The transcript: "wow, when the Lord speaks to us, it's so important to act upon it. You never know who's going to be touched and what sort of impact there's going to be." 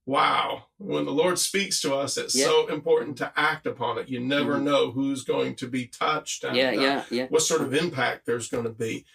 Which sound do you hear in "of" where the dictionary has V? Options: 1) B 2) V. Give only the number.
2